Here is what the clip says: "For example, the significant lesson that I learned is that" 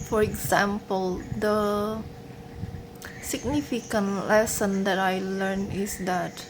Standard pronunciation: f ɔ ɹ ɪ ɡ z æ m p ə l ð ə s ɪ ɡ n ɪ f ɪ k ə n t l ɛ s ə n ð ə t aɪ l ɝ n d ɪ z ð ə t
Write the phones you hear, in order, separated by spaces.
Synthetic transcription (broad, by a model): f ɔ ɹ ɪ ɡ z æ m p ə l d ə s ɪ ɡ n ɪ f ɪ k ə n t l ɛ s ə n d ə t aɪ l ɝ n ɪ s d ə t